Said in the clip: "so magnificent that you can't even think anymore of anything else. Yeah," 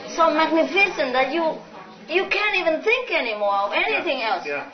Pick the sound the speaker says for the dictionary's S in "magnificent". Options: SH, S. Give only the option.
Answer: SH